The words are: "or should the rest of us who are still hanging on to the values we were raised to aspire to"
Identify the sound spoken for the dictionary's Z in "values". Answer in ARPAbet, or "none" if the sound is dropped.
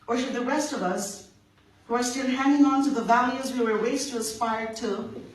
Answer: Z